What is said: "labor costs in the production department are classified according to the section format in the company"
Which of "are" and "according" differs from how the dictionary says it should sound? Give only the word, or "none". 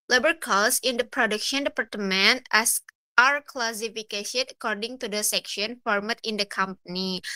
none